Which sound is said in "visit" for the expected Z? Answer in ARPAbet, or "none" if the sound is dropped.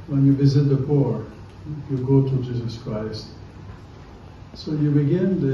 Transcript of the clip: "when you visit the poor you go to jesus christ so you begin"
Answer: Z